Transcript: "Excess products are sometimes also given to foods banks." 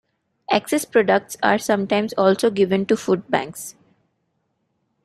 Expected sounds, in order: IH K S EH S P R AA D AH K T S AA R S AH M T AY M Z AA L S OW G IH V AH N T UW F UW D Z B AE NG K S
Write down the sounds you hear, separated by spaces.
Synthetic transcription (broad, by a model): IH K S EH S P R AA D AH K T S AA R S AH M T AY M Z AA L S OW G IH V AH N T UW F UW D B AE NG K S